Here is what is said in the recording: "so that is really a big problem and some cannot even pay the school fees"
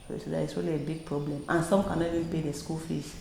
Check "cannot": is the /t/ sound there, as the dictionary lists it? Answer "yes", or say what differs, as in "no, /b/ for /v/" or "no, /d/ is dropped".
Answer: no, /t/ is dropped